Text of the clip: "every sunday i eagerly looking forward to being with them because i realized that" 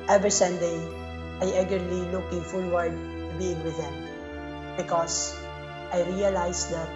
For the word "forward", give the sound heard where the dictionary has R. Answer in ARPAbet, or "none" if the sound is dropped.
L